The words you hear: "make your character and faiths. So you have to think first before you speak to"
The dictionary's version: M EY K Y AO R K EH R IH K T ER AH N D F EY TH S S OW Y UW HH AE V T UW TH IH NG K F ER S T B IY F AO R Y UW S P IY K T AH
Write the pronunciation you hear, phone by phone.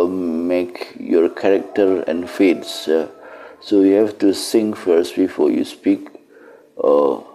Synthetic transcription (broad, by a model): M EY K Y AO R K EH R IH K T ER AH N F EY T S S OW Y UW HH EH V T UW S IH NG F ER S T B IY F AO Y UW S P IY K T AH